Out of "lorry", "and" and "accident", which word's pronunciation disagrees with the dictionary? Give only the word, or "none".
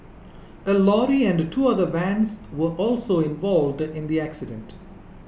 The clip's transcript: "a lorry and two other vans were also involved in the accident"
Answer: none